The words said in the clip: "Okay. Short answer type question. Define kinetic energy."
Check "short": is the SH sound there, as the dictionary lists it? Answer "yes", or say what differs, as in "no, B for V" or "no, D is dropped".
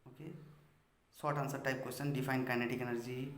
no, S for SH